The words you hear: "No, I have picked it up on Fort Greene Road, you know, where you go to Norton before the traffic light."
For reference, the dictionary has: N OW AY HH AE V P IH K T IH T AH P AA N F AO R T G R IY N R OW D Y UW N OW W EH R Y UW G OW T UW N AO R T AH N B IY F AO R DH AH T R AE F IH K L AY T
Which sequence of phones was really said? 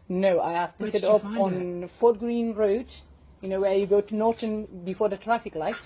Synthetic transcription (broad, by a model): N OW AY HH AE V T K IH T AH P AA N F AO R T G R IY N R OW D Y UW N OW W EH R Y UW G OW T UW N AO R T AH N B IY F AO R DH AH T R AE F IH K L AY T